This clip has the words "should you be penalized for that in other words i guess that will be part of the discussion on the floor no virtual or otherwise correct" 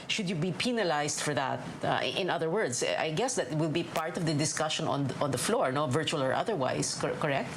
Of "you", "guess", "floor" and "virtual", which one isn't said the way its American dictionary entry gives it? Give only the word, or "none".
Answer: none